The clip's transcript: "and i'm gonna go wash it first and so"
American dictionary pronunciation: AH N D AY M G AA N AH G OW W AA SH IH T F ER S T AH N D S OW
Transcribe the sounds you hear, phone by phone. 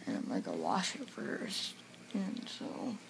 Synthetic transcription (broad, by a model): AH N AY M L AA AH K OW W AA SH IH T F ER S T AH N S OW